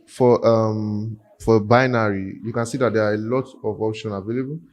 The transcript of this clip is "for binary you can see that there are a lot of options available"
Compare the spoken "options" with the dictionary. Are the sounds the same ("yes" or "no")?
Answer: no